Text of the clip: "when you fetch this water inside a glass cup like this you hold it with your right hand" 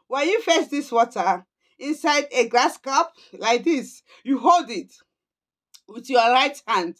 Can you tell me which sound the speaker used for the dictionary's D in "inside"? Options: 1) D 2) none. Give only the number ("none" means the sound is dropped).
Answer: 1